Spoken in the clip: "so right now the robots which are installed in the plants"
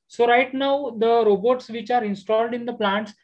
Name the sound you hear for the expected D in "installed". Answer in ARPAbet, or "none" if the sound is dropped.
D